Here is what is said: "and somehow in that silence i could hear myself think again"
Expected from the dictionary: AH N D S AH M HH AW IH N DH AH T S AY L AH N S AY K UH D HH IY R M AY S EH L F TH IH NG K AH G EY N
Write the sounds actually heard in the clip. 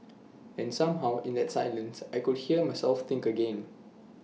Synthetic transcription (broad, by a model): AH N S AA M HH AW IH N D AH T S AY L AH N S AY K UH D HH IY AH M AY S EH L F T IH NG K AH G EY N